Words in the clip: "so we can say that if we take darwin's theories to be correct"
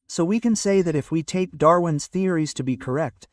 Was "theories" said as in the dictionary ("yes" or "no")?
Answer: yes